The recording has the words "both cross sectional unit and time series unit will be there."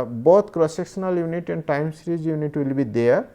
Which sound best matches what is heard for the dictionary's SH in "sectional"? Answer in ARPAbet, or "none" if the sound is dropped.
S